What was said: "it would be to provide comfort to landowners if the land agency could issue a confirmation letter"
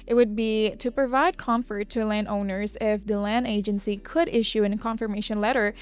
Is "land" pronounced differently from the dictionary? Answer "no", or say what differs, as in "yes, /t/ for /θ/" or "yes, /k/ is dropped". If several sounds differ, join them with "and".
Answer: no